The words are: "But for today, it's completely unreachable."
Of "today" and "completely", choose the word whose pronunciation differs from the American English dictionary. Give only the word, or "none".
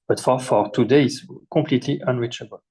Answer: completely